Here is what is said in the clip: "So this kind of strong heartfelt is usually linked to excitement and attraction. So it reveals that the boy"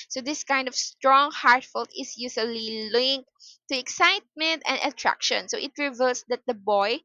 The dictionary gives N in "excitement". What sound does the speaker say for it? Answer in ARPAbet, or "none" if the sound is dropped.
N